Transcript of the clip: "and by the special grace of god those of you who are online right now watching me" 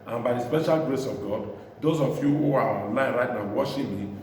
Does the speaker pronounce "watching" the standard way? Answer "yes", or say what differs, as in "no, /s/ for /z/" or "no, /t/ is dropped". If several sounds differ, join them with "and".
no, /ʃ/ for /tʃ/